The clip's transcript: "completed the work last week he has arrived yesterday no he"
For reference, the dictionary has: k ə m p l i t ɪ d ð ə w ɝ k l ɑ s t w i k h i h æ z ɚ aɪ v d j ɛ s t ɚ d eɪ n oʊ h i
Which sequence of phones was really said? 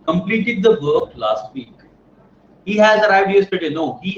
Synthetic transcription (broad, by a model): k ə m p l i t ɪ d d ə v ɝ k l ɑ s t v i k h i h æ z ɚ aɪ d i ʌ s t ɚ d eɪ n oʊ h i